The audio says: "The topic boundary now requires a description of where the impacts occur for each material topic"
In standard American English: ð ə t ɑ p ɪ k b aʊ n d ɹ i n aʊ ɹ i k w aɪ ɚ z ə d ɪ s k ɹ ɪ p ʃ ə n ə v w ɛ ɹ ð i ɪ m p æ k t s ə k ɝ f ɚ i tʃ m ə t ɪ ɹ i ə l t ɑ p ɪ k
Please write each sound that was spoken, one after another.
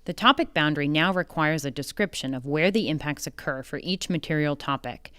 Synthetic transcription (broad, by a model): ð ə t ɑ p ɪ k b aʊ n d ɹ i n aʊ ɹ i k w aɪ ɚ z ə d ɪ s k ɹ ɪ p ʃ ə n ə v w ɛ ɹ ð i ɪ m p æ k t s ə k ɝ f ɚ i tʃ m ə t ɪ ɹ i l t ɑ p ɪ k